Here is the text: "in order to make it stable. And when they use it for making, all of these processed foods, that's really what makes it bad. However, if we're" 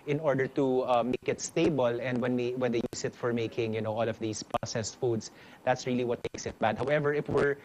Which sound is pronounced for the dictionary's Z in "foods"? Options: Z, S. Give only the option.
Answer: S